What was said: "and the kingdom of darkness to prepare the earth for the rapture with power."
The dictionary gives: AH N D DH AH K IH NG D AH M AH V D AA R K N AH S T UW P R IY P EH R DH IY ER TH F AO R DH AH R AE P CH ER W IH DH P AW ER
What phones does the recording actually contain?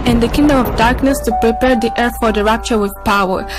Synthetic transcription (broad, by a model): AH N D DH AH K IH NG D AH M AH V D AA R K N AH S T UW P R IY P EH R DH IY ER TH F AO R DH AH R AE P CH ER W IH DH P AW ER